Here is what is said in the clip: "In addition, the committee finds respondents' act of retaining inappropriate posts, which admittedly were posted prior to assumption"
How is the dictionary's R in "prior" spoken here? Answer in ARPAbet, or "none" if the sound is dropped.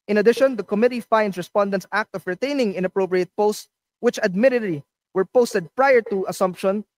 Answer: R